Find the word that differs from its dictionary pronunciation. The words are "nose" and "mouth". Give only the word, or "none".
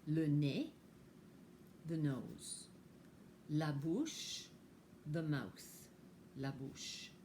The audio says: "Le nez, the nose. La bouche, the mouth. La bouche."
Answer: mouth